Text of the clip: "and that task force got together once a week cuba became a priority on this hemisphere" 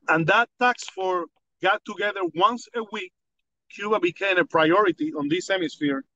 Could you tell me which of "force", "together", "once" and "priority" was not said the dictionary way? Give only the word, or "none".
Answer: force